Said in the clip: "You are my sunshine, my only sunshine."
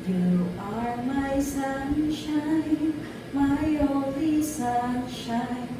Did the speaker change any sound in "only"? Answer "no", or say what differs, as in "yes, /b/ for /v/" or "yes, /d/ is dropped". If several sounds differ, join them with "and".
yes, /n/ is dropped